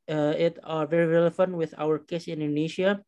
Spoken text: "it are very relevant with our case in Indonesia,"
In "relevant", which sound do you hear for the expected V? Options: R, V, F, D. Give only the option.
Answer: F